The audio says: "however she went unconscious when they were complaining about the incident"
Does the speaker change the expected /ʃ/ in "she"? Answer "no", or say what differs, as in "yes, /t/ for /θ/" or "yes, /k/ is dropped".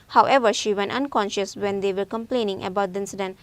no